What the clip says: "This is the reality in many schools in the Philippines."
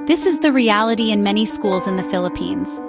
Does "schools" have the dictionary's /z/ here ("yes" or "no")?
yes